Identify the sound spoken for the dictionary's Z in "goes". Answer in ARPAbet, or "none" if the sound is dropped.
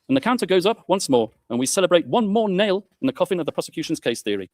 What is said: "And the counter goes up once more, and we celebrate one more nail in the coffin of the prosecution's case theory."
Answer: Z